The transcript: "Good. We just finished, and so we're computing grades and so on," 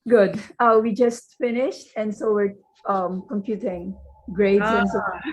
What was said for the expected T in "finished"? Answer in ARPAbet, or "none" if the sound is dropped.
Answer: T